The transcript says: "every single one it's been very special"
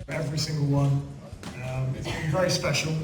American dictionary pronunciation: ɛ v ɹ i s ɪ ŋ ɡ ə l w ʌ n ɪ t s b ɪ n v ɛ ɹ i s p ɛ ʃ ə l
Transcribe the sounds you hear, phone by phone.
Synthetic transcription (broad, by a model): ɛ v ɹ i s ɪ ŋ ɡ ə l w ʌ n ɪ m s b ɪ v ɛ ɹ i s p ɛ ʃ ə l